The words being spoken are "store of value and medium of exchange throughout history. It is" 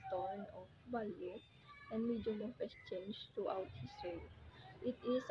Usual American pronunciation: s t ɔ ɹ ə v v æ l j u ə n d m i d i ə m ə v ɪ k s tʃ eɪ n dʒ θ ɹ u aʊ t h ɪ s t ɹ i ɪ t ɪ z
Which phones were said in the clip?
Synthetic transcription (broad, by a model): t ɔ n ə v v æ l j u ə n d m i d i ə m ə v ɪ s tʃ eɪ n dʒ t ɹ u aʊ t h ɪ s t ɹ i ɪ t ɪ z